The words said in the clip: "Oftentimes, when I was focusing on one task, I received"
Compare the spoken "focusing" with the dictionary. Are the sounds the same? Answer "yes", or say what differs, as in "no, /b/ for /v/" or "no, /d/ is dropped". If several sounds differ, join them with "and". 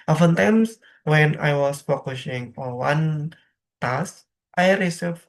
no, /ʃ/ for /s/